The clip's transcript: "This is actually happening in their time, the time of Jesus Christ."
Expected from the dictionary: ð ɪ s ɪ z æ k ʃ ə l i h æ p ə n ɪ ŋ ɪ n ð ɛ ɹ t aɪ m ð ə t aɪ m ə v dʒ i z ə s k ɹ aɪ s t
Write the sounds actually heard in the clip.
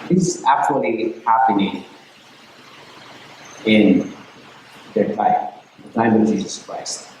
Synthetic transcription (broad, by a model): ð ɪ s ɪ z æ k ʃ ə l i h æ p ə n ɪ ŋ ɪ n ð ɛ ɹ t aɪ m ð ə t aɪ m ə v dʒ i z ə s k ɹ aɪ s t